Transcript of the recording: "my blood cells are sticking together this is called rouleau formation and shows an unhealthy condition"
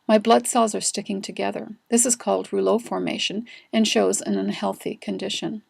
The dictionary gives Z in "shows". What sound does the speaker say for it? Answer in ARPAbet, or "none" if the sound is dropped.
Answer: Z